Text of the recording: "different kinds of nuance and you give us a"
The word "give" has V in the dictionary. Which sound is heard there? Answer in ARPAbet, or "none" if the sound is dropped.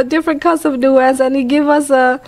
V